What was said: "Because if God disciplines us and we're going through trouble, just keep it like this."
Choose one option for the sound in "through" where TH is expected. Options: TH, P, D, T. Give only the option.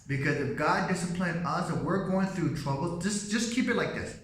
TH